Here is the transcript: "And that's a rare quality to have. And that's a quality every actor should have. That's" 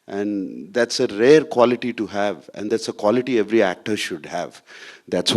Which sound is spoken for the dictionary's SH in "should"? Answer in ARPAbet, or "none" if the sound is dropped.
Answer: SH